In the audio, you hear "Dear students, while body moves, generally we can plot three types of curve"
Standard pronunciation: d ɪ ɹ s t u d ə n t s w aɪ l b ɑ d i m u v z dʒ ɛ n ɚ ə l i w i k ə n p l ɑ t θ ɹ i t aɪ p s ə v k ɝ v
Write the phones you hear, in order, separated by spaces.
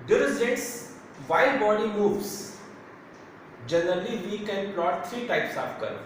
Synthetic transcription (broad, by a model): d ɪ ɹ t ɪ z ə t s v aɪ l b ɑ d i m u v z dʒ ɛ n ɚ ə l i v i k ə n p l ɑ t t ɹ i t aɪ p s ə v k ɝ